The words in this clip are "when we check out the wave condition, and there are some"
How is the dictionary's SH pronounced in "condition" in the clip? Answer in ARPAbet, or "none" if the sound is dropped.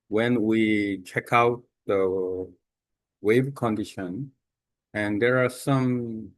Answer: SH